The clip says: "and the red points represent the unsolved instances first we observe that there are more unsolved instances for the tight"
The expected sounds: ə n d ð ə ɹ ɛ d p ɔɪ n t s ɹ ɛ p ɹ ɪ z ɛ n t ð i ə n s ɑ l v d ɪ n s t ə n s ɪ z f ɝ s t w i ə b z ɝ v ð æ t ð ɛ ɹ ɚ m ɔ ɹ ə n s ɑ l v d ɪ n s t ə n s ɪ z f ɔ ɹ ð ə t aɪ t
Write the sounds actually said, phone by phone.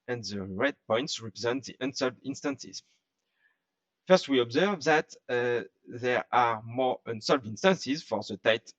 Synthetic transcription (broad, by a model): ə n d ð ə ɹ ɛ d p ɔɪ n t s ɹ ɛ p ɹ ɪ z ɛ n t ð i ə n s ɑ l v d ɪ n s t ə n s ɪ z f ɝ s t w i ə b z ɝ v ð æ t ð ɛ ɹ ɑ m ɔ ɹ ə n s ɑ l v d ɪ n s t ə n s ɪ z f ɔ ɹ ð ə t aɪ t